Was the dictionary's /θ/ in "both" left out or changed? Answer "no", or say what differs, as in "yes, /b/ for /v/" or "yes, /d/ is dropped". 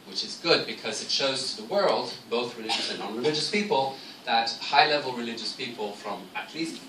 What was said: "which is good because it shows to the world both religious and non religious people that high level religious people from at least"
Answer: no